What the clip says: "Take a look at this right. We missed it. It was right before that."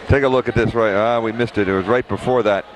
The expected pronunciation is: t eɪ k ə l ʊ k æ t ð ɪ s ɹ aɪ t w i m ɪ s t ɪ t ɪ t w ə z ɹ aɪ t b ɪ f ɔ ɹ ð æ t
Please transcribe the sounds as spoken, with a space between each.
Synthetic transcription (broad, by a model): t eɪ k ə l ʊ k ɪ t ð ɪ s ɹ aɪ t w i m ɪ s t ɪ t ɪ t w ə z ɹ aɪ t b ɪ f ɔ ɹ ð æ t